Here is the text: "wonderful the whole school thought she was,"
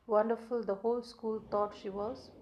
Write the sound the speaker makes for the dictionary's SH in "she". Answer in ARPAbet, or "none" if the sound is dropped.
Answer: SH